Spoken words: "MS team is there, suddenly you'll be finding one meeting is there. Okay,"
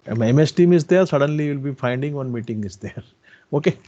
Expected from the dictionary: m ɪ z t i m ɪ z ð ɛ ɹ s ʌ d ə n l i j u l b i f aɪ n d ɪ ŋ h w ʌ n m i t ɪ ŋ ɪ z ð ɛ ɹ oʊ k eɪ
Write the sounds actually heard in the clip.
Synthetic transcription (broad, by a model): m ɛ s t i m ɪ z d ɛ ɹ s ʌ d ə n l i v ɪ l b i f aɪ n d ɪ ŋ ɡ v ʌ n m i t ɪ ŋ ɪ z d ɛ ɹ oʊ k eɪ